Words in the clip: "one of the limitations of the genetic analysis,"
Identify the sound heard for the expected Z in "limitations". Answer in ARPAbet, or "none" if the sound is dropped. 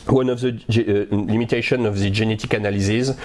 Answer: none